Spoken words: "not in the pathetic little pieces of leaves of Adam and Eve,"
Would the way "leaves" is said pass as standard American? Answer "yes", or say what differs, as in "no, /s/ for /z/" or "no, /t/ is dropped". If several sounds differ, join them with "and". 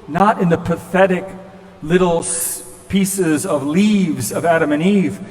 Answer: yes